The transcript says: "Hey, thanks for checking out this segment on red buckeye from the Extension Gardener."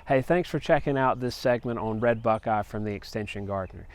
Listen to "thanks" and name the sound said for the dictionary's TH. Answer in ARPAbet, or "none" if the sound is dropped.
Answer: TH